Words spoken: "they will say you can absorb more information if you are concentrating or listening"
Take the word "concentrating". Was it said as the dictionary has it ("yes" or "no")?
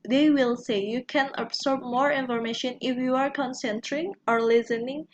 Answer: no